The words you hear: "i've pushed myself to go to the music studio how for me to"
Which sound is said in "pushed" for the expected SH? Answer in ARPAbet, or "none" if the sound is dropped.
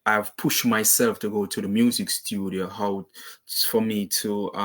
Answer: SH